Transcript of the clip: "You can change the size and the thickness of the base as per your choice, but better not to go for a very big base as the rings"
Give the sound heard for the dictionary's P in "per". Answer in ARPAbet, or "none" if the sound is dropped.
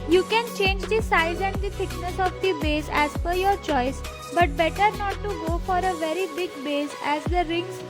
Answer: F